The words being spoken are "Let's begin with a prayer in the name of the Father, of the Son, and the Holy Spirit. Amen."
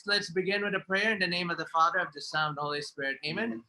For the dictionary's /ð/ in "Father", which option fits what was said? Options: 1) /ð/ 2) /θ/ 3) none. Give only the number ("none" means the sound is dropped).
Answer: 1